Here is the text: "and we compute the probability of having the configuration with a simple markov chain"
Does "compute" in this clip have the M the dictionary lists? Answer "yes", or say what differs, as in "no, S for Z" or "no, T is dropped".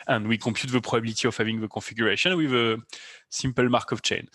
no, M is dropped